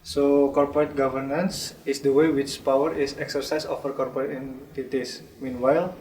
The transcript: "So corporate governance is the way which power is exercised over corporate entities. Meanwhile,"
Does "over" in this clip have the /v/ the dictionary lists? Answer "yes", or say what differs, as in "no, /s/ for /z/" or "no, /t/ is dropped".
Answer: no, /f/ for /v/